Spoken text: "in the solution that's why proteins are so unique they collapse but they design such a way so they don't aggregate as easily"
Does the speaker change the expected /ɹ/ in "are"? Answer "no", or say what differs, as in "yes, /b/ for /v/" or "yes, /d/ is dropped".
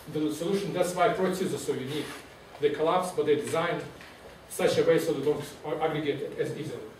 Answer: yes, /l/ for /ɹ/